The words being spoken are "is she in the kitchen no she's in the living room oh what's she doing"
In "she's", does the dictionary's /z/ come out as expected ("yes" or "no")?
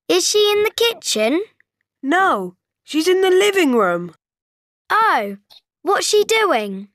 yes